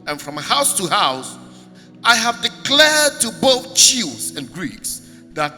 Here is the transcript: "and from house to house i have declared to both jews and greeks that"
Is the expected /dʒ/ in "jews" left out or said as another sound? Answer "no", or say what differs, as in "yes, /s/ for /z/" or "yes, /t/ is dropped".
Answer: yes, /tʃ/ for /dʒ/